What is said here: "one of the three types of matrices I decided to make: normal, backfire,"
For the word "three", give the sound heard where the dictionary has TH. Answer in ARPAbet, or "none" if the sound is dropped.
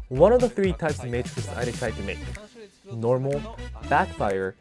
TH